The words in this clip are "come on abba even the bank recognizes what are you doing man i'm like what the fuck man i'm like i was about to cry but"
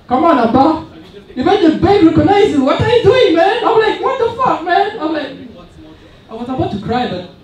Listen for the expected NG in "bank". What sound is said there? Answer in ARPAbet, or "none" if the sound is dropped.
none